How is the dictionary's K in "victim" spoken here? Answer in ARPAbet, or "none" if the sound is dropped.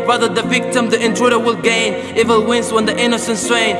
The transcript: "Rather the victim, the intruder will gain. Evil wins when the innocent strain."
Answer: K